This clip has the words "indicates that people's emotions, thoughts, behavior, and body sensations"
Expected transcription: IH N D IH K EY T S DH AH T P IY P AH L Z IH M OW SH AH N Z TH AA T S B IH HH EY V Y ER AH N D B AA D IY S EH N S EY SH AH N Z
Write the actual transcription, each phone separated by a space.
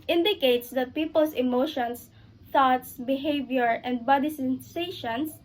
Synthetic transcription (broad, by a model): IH N D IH K EY T S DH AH T P IY P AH L S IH M OW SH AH N S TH AA T S B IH HH EY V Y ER AH N D B AA D IY S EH N S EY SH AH N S